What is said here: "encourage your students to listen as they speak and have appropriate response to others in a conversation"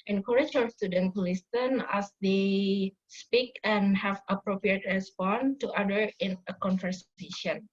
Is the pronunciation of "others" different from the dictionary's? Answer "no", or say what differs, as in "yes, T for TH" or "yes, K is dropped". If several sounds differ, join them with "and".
yes, Z is dropped